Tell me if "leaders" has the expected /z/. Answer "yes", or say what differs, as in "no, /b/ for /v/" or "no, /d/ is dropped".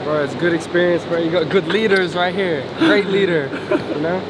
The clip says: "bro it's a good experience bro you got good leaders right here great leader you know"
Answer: yes